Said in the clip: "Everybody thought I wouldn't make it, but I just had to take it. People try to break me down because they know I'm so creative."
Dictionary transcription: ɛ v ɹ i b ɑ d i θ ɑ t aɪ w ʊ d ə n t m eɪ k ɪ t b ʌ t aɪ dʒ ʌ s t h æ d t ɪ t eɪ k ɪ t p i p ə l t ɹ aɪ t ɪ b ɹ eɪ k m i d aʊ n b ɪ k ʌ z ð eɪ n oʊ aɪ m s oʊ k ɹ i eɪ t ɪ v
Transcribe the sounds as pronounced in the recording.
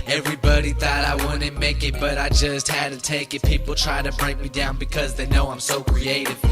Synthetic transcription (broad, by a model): ɛ v ɹ i b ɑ d i θ ɑ t aɪ w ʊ d n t m eɪ k ɪ t b ʌ t aɪ dʒ ʌ s t h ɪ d t ɪ t eɪ k ɪ t p i p l t ɹ aɪ t ɪ b ɹ eɪ k m i d aʊ n b ɪ k ʌ z ð eɪ n oʊ aɪ m s oʊ k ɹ i eɪ t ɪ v